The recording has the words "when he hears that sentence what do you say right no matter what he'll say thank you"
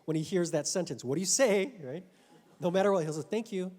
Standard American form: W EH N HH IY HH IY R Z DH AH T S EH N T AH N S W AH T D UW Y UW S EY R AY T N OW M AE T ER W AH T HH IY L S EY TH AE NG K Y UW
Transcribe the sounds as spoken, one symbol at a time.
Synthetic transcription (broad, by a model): W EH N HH IY HH IY R Z DH AH T S EH N T AH N S W AH T D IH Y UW S EY R AY T N OW M AE T ER W AH T HH IY L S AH TH AE NG K Y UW